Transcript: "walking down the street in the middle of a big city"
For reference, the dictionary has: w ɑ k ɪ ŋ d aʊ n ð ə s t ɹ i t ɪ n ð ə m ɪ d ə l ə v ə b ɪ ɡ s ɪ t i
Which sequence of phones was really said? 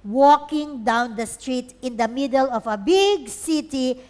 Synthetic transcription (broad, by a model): w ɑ k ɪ ŋ d aʊ n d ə s t ɹ i t ɪ n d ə m ɪ d ə l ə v ə b ɪ ɡ s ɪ t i